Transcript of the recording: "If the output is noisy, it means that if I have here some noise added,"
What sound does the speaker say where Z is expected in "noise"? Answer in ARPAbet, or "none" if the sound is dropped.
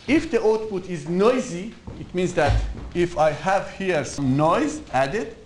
Z